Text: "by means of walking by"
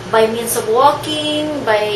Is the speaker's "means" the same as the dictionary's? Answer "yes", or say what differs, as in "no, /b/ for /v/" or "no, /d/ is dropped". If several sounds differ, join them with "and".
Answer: no, /s/ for /z/